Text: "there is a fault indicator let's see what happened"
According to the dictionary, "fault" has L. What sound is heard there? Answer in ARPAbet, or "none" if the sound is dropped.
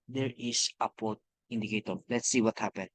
none